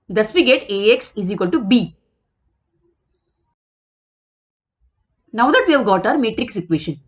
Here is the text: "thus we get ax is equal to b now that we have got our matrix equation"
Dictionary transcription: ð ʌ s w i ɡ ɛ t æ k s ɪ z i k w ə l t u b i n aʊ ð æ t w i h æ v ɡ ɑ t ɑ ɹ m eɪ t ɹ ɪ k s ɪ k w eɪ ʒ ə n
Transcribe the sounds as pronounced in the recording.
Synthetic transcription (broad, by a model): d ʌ s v i ɡ ɛ t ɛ k s ɪ z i k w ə l t u b i n aʊ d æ t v i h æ v ɡ ɑ t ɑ ɹ m eɪ t ɹ ɪ k s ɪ k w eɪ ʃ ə n